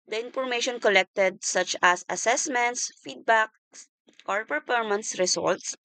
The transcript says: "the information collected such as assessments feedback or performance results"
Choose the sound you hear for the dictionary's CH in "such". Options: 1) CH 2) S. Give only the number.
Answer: 1